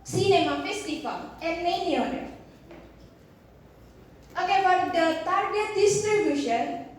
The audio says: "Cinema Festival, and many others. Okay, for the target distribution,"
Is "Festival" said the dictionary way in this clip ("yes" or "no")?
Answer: no